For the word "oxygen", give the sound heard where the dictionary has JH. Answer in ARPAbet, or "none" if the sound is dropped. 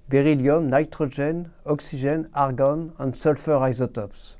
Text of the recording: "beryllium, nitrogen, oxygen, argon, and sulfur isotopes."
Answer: ZH